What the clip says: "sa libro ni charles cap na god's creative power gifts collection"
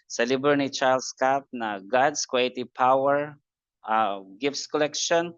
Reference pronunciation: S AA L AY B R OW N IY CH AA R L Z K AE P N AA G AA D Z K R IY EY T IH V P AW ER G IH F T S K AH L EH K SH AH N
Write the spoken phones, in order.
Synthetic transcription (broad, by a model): S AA L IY B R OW N IY CH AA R L S K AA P N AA G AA D S K W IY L T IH P AW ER G IH F T S K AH L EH K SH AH N